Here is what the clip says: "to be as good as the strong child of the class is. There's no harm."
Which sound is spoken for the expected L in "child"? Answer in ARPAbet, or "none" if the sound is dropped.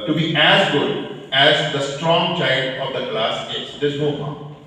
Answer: none